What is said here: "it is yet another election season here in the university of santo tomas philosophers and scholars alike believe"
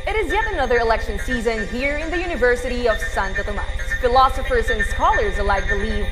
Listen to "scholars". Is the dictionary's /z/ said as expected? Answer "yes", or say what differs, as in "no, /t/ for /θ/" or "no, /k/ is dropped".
yes